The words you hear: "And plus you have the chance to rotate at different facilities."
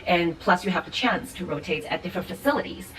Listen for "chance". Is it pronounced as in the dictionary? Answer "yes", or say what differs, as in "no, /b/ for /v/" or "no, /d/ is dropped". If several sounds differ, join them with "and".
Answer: yes